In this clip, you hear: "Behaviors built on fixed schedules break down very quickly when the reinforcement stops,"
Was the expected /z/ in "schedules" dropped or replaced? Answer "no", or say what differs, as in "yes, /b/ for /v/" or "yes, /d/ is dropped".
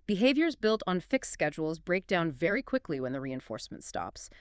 no